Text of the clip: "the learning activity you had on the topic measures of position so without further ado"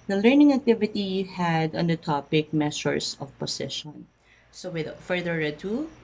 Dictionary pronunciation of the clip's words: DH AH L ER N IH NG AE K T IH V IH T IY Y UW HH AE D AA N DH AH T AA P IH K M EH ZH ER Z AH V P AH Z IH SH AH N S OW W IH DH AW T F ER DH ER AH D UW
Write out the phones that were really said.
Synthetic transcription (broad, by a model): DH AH L ER N IH NG AE K T IH V IH T IY HH AE D AA N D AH T AA P IH K M EH S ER S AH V P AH S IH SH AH N S OW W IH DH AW F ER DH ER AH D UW